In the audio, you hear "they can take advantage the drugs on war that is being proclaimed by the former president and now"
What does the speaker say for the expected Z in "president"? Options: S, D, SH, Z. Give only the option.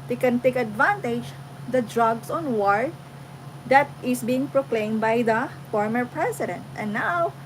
S